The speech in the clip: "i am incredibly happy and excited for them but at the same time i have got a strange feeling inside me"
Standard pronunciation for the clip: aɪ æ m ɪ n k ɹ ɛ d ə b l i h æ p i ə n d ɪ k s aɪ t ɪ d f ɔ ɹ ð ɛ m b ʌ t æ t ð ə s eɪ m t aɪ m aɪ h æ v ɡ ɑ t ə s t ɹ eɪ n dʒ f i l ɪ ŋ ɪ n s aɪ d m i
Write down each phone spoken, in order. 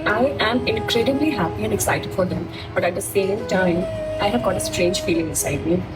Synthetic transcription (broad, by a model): aɪ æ m ɪ n k ɹ ɛ d ə b l i h æ p i ə n d ɪ k s aɪ t ɪ d f ɔ ɹ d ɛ m b ʌ t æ t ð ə s eɪ m t aɪ m aɪ h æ v ɡ ɑ t ə s t ɹ eɪ n dʒ f i l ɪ ŋ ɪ s aɪ d m i